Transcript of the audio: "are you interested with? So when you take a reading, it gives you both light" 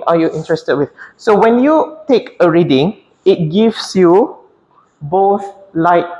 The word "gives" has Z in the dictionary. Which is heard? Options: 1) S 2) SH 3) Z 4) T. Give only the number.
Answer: 1